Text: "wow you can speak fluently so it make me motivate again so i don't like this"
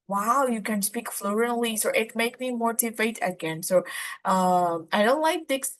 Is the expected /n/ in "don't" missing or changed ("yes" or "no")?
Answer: no